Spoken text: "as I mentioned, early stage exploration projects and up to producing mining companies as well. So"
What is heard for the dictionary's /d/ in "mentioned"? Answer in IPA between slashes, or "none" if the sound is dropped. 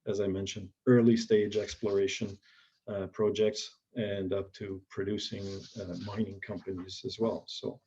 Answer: /d/